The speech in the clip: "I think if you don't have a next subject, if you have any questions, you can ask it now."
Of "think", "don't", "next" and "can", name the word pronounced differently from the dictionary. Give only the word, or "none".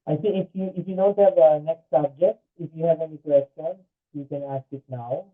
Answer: think